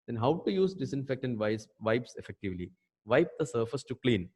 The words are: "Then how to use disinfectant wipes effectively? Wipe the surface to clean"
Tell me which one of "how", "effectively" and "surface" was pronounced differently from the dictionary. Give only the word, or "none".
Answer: none